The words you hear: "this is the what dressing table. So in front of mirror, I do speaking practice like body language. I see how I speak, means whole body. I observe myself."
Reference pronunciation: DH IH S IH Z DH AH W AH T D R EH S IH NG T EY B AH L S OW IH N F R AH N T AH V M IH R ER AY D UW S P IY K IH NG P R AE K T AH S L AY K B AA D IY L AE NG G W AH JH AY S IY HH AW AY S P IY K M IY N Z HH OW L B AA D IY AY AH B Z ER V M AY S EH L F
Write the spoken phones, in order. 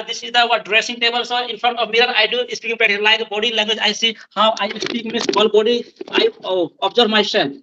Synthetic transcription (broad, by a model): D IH S IH Z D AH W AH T D R EH S IH NG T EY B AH L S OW IH N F R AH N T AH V M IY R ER AY D UW S P IY K IH NG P EH T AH L AY K B AA D IY L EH NG G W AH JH AY S IY HH AW AY S P IY K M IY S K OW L B AA D IY AY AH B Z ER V M AY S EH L